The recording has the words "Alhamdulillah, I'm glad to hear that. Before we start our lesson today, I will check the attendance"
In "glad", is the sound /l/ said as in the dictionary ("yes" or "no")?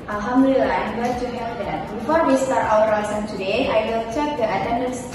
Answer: no